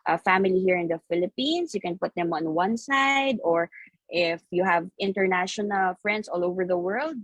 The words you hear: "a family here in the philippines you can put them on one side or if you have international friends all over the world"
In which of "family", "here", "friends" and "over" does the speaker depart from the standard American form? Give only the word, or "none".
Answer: friends